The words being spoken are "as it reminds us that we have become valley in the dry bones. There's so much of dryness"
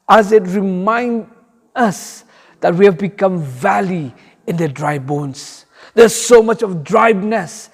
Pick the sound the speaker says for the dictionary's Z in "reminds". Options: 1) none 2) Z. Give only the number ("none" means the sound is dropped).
1